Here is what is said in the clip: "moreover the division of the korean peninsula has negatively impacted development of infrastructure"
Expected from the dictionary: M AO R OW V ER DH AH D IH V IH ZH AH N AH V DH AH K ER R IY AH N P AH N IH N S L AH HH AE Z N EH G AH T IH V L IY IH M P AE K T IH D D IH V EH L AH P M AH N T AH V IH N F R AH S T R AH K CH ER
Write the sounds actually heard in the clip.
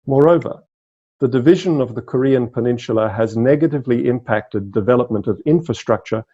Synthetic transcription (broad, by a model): M AO R OW V ER DH AH D IH V IH ZH AH N AH V DH AH K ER R IY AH N P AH N IH N SH L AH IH Z N EH G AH T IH V L IY IH M P AE K T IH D D IH V EH L AH P M AH N T AH V IH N F R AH S T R AH K CH ER